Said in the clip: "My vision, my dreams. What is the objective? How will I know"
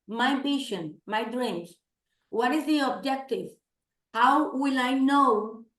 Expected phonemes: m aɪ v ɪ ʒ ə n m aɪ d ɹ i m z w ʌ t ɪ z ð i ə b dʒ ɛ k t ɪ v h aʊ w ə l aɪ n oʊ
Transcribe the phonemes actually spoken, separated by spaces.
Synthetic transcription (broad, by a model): m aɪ b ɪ ʃ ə n m aɪ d ɹ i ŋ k w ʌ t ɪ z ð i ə b dʒ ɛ k t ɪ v h aʊ w ə l aɪ n oʊ